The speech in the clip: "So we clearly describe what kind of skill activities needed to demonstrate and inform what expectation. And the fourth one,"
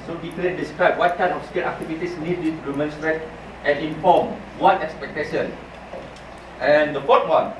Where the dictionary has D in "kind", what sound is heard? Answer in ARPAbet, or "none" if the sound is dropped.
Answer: none